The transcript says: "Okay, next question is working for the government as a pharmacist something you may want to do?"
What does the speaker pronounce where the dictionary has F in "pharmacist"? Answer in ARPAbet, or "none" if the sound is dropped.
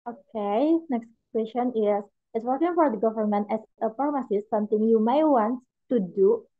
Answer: P